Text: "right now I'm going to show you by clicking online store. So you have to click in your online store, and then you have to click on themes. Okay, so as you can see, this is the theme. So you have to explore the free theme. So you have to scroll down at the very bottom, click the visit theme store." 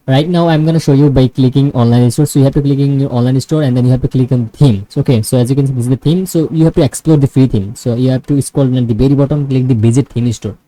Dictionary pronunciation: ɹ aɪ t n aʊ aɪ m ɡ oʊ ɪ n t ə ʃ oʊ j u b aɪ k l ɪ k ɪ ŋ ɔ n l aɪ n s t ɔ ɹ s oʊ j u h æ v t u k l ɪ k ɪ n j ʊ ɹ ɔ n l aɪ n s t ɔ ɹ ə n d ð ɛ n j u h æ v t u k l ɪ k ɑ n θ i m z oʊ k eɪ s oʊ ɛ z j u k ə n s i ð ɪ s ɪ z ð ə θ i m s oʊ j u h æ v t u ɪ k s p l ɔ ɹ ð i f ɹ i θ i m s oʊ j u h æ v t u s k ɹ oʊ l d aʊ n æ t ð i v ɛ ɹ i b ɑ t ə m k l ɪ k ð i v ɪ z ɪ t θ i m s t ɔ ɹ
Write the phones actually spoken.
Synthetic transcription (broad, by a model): ɹ aɪ t n aʊ aɪ m ɡ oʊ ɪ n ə ʃ oʊ j u b aɪ k l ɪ k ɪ ŋ ɔ n l aɪ n s t ɔ ɹ s oʊ j u h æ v t u k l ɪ k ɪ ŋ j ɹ ɔ n l aɪ n s t ɔ ɹ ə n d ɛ n j u h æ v t u k l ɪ k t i m oʊ k eɪ s oʊ ɛ z j u k ə n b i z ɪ ɪ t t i m s oʊ j u h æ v t u ɪ k s p l ɔ ɹ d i f ɹ i t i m s oʊ j u h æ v t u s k oʊ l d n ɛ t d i b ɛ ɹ i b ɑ t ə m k l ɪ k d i b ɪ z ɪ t t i m s t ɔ ɹ